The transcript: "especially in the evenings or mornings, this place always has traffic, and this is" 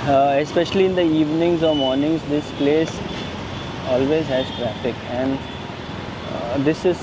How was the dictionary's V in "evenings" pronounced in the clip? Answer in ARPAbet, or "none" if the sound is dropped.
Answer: V